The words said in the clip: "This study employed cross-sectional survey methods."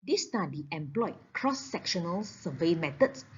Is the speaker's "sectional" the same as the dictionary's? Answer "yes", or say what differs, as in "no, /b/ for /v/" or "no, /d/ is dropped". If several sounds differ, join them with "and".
yes